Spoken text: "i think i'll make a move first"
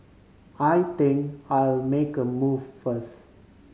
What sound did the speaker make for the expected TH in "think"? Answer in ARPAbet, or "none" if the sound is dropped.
T